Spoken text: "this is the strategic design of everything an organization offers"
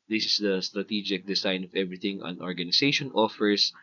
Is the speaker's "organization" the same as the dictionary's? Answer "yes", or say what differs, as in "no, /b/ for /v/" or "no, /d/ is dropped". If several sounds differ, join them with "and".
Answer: no, /s/ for /z/